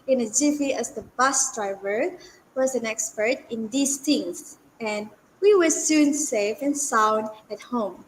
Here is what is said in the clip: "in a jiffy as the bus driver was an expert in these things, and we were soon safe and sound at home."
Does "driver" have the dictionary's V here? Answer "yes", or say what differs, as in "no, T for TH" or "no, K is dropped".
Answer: yes